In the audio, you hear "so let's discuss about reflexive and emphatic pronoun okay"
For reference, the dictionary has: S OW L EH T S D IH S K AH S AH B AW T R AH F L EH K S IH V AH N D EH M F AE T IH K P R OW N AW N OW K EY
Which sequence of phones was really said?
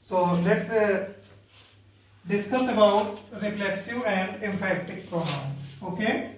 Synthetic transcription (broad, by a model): S OW L EH T S D IH S K AH S AH B AW T R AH P L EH K S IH AH N D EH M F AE T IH K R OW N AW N OW K EY